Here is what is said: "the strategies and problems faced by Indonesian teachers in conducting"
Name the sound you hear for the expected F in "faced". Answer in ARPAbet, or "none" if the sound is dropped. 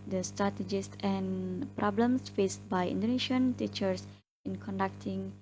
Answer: F